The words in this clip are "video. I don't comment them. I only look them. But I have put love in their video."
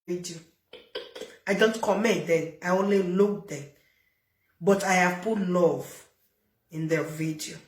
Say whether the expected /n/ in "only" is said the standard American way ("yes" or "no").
yes